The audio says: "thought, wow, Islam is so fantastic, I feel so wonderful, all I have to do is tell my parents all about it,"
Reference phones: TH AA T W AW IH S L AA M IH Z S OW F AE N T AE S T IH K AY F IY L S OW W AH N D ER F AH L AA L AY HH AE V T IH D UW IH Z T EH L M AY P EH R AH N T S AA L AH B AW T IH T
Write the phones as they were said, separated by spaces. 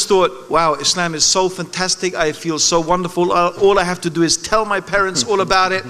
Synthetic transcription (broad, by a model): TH AA T W AW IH S L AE M IH Z S OW F AE N T AE S T IH K AY F IY L S OW W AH N D ER F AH L AA L AY HH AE F T IH D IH IH Z T EH L M AY P EH R AH N T S AA L AH B AW T IH T